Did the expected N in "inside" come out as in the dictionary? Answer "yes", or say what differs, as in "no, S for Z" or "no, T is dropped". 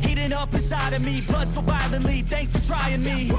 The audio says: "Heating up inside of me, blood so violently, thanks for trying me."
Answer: no, N is dropped